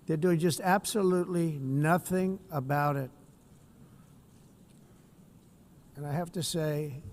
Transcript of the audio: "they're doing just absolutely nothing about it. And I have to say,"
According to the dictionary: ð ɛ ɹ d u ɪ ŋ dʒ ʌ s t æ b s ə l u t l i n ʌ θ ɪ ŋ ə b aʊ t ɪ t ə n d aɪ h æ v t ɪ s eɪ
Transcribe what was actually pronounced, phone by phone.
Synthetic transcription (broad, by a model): ð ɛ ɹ d u ɪ ŋ dʒ ʌ s t æ b s ə l u t l i n ʌ θ ɪ ŋ ə b aʊ t ɪ t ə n aɪ h æ f t ɪ s eɪ